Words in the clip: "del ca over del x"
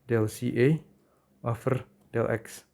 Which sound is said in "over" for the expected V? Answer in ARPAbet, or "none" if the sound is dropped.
F